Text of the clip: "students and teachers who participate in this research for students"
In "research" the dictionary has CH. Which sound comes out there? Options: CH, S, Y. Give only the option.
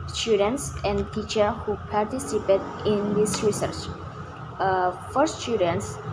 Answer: CH